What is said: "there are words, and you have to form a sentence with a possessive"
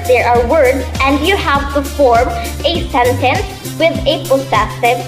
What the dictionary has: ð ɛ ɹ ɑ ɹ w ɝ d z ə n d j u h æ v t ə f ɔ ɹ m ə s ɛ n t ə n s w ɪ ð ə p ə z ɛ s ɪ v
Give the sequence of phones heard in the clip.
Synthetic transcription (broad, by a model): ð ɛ ɹ ɑ ɹ w ɝ d z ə n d j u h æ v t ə f ɔ ɹ m ə s ɛ n t ə n s w ɪ ð ə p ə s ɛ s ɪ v